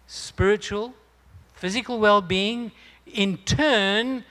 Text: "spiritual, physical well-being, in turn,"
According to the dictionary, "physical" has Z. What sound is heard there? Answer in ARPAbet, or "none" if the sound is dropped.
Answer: Z